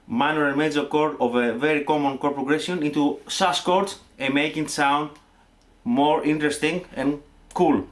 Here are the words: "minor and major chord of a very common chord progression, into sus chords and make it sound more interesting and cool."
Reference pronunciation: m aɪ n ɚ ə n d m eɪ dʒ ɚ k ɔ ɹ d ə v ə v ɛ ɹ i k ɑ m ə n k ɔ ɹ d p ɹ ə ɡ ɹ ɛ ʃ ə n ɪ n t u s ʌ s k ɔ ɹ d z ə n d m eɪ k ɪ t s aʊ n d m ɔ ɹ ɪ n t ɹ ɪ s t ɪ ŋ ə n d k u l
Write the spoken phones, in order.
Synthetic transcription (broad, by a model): m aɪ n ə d m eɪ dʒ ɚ k ɔ ɹ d ə v ə v ɛ ɹ i k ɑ m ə n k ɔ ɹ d p ɹ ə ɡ ɹ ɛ s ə n ɪ n t u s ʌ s k ɔ ɹ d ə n m eɪ k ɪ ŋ s aʊ n d m ɔ ɹ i n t ɹ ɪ s t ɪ ŋ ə n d k u l